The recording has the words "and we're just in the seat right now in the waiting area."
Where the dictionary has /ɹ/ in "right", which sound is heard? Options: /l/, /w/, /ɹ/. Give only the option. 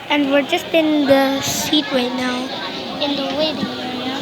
/w/